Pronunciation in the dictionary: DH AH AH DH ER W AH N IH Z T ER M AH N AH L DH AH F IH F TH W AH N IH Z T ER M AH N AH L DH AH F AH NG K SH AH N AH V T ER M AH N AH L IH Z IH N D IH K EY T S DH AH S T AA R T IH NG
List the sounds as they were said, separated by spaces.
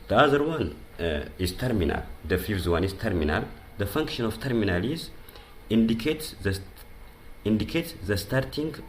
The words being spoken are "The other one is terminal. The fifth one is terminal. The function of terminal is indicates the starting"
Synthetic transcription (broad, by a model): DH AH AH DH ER W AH N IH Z T ER M AH N AH L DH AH F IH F T W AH N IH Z T ER M AH N AH L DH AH F AH NG K SH AH N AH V T ER M AH N AH L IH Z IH N D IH K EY T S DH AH S T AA R T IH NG